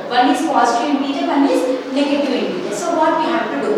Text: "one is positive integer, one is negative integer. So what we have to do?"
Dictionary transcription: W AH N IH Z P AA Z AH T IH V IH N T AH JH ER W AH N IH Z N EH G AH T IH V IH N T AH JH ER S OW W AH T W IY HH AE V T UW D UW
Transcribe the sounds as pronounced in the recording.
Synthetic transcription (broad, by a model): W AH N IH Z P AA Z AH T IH IH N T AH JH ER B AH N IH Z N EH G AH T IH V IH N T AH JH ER S OW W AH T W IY HH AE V T UW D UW